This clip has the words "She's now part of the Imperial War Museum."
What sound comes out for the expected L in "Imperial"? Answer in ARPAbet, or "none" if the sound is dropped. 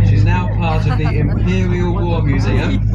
L